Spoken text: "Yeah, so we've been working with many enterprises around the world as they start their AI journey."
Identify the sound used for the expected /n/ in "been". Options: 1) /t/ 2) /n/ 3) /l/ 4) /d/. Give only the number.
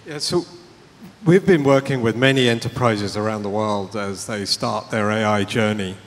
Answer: 2